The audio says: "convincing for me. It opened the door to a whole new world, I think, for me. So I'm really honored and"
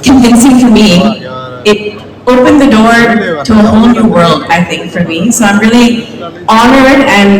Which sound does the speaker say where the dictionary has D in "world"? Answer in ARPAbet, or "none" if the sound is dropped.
D